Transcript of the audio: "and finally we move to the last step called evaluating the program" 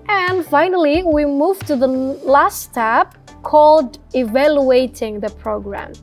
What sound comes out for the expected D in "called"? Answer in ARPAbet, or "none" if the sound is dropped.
D